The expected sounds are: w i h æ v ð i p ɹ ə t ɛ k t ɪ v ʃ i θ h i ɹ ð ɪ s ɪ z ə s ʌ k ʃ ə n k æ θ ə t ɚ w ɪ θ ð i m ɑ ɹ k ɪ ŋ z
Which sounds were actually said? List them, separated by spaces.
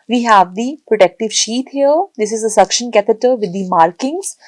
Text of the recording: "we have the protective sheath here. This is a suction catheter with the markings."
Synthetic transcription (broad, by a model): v i h æ v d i p ɹ ə t ɛ k t ɪ v ʃ i t h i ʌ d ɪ s ɪ z ə s ʌ k ʃ ə n k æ t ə t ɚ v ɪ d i m ɑ ɹ k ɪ ŋ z